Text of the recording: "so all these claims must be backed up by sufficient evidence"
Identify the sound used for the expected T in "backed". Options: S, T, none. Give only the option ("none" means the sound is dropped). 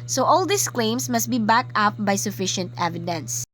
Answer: none